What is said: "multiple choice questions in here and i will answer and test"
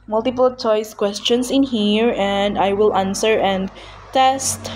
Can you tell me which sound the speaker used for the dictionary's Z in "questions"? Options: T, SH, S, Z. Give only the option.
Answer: S